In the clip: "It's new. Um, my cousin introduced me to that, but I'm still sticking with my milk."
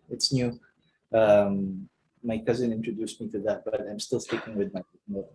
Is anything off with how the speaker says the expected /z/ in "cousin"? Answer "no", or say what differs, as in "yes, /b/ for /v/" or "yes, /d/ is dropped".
no